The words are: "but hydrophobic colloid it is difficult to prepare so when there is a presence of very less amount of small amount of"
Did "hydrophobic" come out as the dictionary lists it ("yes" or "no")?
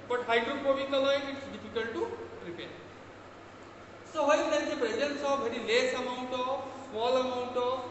no